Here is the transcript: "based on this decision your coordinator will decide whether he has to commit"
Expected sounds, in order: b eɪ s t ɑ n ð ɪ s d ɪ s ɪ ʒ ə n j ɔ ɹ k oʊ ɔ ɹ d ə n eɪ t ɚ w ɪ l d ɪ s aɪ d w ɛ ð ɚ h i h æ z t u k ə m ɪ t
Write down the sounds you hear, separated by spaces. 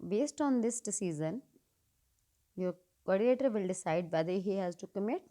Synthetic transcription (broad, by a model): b eɪ s t ɑ n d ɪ s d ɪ s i z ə n j ɔ ɹ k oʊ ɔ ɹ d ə eɪ t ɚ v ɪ l d ɪ s aɪ d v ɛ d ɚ h i h æ z t u k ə m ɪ t